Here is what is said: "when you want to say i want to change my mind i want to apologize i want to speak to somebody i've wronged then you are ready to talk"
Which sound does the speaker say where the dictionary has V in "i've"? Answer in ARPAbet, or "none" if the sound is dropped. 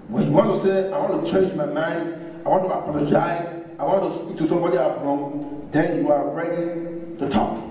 F